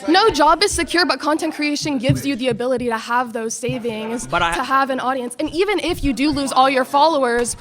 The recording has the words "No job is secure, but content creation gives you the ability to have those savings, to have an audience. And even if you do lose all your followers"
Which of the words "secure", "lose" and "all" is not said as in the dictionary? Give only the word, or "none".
none